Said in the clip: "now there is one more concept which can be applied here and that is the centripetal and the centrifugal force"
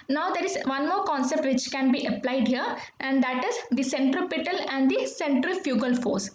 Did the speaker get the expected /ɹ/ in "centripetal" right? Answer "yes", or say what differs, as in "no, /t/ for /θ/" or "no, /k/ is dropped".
yes